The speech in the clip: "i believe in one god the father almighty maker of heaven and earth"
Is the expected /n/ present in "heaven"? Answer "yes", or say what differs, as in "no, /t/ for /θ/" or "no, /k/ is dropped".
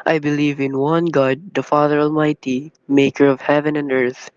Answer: yes